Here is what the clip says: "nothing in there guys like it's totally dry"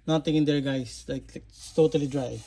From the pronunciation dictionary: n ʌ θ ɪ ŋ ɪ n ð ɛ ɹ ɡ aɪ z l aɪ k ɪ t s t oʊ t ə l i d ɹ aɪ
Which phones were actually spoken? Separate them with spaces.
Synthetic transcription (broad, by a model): n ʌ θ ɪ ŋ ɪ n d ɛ ɹ ɡ aɪ s l aɪ k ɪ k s t oʊ t ə l i d ɹ aɪ